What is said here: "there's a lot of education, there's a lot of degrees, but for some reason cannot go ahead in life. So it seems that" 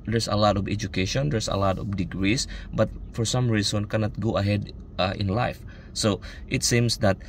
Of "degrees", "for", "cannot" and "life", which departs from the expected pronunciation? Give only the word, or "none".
degrees